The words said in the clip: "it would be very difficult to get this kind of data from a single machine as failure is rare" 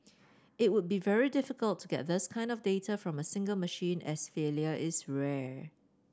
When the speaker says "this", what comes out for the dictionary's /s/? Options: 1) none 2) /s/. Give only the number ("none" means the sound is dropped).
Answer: 2